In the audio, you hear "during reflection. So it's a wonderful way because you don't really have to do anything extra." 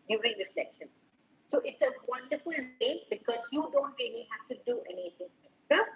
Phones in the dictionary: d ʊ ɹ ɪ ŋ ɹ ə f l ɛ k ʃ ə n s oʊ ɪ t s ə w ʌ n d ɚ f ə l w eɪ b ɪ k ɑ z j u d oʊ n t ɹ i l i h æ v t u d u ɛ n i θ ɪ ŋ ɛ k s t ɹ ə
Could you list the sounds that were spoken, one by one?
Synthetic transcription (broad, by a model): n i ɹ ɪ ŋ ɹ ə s l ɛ k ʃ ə n s oʊ ɪ t s ə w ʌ n d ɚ f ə l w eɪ b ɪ k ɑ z j u d oʊ n t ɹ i l i h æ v t u d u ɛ n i t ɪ ŋ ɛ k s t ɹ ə